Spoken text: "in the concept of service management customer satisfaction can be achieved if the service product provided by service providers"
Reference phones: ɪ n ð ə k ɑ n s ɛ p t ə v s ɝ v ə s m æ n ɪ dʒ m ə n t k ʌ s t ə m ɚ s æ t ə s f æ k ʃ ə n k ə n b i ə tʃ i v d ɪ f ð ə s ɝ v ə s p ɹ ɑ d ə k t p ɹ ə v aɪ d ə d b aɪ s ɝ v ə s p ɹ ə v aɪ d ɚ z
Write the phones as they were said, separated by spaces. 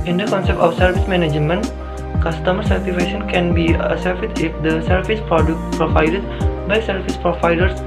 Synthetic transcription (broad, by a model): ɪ n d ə k ɑ n s ɛ p t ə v s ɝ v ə s m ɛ n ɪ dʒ m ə n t k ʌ s t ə m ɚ s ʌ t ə f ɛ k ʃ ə n k ə n b i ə s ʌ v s ɪ f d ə s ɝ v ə s p ɹ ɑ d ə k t p ɹ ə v aɪ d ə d b aɪ s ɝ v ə s p ɹ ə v aɪ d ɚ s